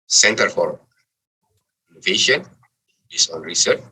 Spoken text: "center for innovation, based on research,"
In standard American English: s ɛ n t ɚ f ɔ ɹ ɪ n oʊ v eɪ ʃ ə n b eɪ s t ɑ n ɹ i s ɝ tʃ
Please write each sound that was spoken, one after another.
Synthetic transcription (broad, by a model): s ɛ n t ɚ f ɔ ɹ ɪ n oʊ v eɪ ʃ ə n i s ɑ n ɹ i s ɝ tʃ